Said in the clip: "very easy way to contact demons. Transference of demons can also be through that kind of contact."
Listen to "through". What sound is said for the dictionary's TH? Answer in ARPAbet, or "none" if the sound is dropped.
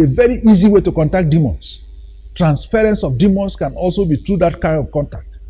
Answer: T